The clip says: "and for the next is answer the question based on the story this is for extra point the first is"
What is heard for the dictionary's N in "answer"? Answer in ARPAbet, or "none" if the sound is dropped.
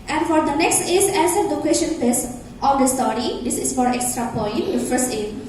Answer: none